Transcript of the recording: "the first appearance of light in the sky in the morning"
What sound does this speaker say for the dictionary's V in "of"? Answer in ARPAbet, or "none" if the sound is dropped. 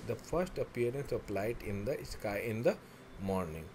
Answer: P